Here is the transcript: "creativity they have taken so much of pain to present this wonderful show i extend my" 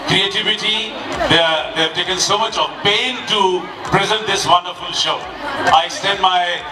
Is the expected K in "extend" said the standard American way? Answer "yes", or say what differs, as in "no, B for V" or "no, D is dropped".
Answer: no, K is dropped